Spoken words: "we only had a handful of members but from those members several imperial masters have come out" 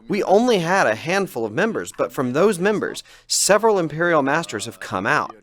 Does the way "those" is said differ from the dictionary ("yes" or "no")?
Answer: no